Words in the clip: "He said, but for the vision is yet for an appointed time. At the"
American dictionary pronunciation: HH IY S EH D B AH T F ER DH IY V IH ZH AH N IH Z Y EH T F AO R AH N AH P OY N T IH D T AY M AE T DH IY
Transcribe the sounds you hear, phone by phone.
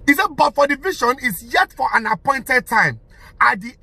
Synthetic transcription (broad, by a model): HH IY S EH B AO T F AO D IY V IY SH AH N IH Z Y EH T F AO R AH N AH P OY N T IH D T AY M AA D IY